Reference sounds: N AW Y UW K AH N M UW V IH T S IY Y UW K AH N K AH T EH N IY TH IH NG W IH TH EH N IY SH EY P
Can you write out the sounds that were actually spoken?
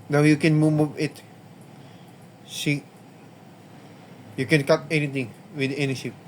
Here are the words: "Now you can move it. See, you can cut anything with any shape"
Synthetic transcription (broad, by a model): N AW Y UW K AH N M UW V IH T S IY Y UW K AH N K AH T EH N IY T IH NG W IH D EH N IY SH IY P